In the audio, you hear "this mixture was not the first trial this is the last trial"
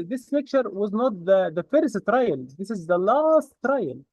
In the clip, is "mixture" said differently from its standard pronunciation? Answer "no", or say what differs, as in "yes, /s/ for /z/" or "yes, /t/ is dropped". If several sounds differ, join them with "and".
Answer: yes, /s/ is dropped